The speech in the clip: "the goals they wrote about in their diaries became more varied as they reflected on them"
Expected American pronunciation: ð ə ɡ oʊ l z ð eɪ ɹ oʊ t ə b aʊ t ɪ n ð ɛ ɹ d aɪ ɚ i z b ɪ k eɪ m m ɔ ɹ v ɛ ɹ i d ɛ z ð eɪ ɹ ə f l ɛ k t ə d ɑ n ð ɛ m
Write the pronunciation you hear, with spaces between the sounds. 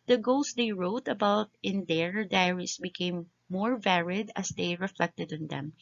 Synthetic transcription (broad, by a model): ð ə ɡ oʊ l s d eɪ ɹ oʊ t ə b aʊ t ɪ n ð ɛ ɹ d aɪ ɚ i s b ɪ k eɪ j m ɔ ɹ v ɛ ɹ i d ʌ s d eɪ ɹ ə f l ɛ k t ə d ɑ n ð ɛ m